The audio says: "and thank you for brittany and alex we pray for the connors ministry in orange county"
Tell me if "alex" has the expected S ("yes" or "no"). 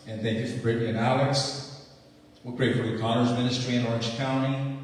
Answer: yes